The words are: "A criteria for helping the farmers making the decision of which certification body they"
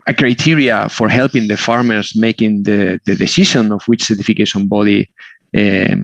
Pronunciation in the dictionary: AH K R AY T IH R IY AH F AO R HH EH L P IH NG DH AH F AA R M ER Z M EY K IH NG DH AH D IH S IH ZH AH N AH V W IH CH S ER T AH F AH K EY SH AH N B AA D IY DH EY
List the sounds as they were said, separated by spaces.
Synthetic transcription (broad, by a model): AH K R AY T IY R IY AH F AO R HH EH L P IH NG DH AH F AA R M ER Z M EY K IH NG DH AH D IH S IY SH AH N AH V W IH CH S ER T AH F AH K EY SH AH N B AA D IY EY